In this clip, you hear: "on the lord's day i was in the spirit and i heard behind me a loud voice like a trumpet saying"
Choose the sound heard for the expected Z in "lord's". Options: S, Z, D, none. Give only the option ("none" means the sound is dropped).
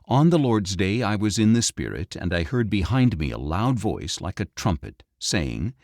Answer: Z